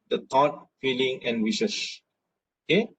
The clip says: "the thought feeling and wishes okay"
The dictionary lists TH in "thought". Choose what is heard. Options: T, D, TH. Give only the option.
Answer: T